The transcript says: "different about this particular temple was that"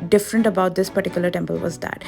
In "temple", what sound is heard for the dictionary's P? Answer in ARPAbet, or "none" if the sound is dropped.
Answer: P